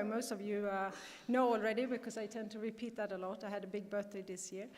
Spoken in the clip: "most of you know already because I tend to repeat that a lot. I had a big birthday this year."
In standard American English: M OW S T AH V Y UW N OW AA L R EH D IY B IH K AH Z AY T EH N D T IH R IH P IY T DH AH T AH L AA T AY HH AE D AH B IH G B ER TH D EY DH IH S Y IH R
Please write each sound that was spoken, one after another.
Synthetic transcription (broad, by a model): M OW S T AH V Y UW N OW AA L R EH D IY B IH K AH Z AY T EH N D T IH R IH P IY T DH AH T AH L AA T AY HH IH D AH B IH G B ER TH D EY DH IH S Y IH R